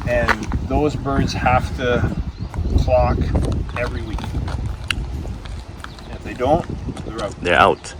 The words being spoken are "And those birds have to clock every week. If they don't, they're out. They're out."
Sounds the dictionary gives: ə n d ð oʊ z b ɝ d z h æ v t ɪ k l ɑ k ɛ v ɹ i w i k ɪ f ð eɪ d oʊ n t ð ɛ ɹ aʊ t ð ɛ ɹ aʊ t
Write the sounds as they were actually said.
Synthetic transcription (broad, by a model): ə n ð oʊ z b ɝ d z h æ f t ɪ k l ɑ k ɛ v ɹ i w i k ɪ f ð eɪ d oʊ n t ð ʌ ɹ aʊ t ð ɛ ɹ aʊ t